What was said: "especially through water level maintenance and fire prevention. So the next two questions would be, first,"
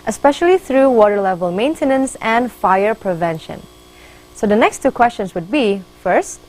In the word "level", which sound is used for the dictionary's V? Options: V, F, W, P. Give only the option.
V